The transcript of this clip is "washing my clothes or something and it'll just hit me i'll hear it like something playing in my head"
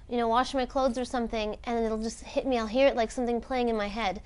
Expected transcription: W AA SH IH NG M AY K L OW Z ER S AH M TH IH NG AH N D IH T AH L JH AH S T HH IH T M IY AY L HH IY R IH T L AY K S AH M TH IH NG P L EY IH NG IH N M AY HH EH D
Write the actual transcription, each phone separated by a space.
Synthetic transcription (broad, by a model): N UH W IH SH M AY K L OW Z ER S AH M TH IH NG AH N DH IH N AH L JH AH S T HH IH T M IY AY L HH IY R IH T L AY K S AH M TH IH NG P L EY IH NG IH N M AY HH EH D